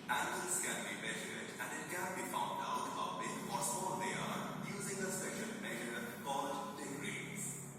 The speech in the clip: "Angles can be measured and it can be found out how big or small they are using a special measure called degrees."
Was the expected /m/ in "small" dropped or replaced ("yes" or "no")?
yes